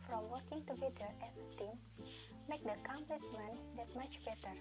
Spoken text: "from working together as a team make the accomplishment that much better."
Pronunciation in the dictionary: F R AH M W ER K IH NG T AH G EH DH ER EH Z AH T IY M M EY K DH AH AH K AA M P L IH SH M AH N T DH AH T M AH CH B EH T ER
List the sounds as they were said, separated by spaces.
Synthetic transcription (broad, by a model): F R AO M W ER K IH NG T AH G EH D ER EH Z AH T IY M M EY K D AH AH K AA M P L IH S M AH N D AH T M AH CH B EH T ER